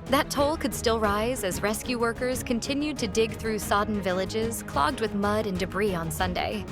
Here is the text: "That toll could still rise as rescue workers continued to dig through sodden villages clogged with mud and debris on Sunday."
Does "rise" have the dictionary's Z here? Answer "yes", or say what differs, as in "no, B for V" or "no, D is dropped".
yes